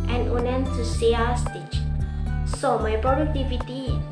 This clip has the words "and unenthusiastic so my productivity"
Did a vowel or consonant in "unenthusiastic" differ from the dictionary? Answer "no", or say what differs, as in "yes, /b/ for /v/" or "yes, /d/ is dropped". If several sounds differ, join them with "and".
yes, /t/ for /θ/ and /s/ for /z/